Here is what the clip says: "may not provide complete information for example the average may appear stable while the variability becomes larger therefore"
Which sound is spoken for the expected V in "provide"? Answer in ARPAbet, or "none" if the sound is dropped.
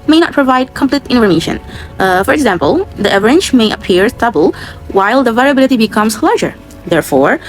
V